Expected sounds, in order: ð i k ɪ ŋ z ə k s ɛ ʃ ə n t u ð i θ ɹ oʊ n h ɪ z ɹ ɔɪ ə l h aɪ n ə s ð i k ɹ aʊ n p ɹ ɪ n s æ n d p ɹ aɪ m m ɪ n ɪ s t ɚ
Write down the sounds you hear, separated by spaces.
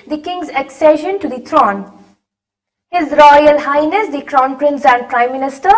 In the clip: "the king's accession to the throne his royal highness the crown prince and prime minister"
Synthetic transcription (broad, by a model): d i k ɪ ŋ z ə k s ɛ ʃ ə n t u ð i t ɹ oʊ n h ɪ z ɹ ɔɪ ə l h aɪ n ə s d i k ɹ aʊ n p ɹ ɪ n s æ n d p ɹ aɪ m m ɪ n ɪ s t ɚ